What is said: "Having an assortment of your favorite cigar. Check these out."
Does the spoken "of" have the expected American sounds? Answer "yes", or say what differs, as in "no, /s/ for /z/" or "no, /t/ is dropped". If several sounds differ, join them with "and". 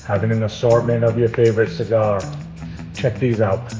yes